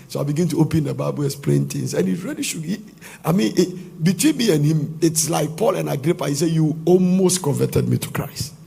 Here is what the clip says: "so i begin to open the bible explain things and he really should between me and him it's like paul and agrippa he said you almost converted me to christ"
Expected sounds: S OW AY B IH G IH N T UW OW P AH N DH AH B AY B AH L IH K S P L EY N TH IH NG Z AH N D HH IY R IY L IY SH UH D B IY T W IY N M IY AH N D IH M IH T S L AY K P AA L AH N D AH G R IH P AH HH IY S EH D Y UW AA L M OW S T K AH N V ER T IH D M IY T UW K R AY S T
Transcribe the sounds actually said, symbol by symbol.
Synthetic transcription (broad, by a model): S OW AY B IH G IH N T UW OW P AH N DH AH B AY B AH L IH S P L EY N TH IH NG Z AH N HH IY R IY L IY SH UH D B IY T W IY N M IY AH N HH IH M IH T S L AY K P AA L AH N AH G R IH P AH HH IY S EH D Y UW AA L M OW S T K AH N V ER T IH D M IY T UW K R AY S T